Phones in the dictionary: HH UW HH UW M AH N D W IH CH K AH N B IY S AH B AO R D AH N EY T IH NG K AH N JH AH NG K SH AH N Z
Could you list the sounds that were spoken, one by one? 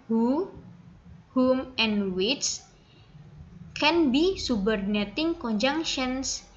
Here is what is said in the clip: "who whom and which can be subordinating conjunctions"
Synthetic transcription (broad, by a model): HH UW HH UW M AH N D W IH S K AH N B IY S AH B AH R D N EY T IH NG K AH N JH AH NG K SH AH N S